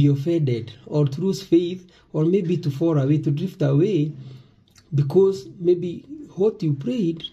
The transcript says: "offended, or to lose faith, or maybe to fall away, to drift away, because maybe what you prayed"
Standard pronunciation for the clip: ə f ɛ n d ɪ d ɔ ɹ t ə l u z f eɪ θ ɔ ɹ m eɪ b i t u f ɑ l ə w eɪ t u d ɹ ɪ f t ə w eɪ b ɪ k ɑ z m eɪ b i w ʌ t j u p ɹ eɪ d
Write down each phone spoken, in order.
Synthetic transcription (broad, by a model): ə f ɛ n d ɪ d ɔ ɹ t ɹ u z f eɪ θ ɔ ɹ m eɪ b i t u f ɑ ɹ ə w eɪ t u d ɹ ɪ f t ə w eɪ b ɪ k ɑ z m eɪ b i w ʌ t j u p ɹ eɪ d